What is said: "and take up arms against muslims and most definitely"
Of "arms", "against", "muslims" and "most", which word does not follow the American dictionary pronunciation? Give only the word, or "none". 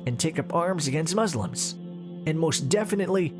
none